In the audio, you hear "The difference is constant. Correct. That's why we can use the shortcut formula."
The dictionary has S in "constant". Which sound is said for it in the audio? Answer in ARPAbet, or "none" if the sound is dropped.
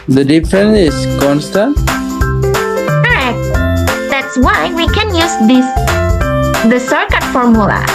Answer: S